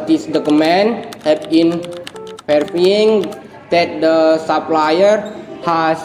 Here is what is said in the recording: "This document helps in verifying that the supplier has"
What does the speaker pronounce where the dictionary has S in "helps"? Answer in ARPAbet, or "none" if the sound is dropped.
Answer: none